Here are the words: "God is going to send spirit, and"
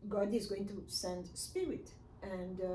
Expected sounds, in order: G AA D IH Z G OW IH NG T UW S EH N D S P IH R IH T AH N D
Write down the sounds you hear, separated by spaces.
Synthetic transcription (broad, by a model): G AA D IH Z G OW IH NG T UW S EH N D S P IH R IH T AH N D